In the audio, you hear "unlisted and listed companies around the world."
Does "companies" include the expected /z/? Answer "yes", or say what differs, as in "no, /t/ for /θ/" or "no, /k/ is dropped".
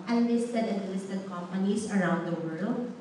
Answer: no, /s/ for /z/